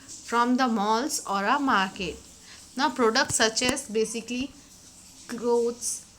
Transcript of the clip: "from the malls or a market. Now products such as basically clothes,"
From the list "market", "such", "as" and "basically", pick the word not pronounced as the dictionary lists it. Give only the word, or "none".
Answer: as